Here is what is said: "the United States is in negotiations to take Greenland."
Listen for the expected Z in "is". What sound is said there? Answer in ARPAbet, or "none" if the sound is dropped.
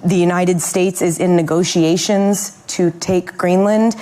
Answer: Z